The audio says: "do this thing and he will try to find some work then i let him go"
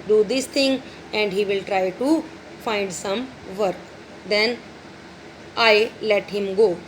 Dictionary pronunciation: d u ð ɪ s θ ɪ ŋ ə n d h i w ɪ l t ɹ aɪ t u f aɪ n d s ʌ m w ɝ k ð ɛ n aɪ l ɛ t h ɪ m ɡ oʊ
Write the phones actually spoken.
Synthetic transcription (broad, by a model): d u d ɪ s t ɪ ŋ ə n d h i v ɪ l t ɹ aɪ t u f aɪ n d s ʌ m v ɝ k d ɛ n aɪ l ɛ t h ɪ m ɡ oʊ